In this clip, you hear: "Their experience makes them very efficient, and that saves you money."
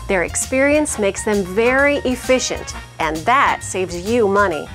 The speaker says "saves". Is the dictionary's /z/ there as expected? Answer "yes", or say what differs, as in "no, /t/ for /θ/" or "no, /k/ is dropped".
yes